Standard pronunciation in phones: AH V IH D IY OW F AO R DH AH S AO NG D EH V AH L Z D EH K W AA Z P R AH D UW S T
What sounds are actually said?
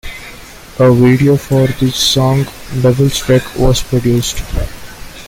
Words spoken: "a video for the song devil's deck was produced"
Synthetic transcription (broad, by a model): AH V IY D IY OW F AO R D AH S AO NG D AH B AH L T D EH K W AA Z P R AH D UW S T